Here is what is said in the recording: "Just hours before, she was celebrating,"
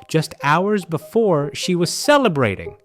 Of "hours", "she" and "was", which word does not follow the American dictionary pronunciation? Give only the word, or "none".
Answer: none